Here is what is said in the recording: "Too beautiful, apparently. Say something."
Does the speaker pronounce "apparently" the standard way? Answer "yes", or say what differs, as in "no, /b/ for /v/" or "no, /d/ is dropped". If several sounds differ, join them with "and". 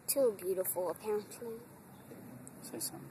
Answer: no, /ɹ/ is dropped and /l/ is dropped